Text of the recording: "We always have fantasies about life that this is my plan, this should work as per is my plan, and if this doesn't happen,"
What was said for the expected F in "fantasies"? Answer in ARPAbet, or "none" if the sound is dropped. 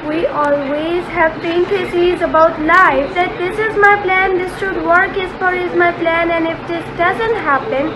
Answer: P